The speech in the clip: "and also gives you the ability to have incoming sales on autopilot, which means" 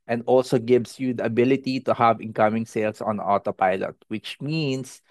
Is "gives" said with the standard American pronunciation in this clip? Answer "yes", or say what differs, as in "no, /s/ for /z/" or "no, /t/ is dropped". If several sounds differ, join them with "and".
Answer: no, /s/ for /z/